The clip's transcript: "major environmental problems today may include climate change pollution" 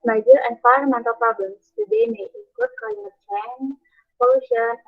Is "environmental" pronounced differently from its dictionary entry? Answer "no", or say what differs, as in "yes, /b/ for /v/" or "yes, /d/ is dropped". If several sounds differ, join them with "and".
yes, /f/ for /v/